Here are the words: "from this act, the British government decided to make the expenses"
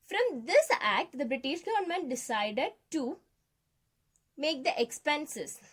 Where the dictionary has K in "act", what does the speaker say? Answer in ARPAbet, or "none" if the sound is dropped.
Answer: K